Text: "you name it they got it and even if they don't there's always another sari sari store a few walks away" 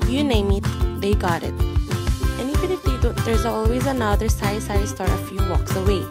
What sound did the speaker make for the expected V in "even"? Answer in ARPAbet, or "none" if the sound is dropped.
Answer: F